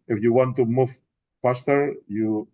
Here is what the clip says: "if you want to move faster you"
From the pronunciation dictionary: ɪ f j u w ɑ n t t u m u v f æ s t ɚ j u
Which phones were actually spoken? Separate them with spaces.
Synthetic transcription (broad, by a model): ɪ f j u w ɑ n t t u m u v p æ s t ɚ j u